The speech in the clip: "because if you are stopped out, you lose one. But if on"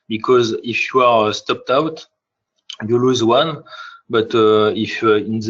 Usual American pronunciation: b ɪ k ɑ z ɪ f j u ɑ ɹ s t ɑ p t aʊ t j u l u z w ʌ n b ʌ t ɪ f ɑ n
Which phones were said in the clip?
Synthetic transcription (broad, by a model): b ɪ k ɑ z ɪ f j u ɑ ɹ s t ɑ p t aʊ t j u l u z w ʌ n b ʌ t ɪ f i n